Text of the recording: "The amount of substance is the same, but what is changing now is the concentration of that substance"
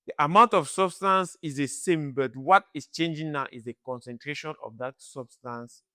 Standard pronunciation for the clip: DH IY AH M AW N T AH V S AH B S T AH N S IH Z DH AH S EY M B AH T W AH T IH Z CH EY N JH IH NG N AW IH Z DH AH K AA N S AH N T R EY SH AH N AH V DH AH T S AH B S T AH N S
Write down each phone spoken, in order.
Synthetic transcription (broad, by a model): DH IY AH M AW N T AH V S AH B S T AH N S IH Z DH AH S EY M B AH T W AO T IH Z CH EY N JH IH NG N AW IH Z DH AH K AA N S AH N T R EY SH AH N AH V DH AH T S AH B S T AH N S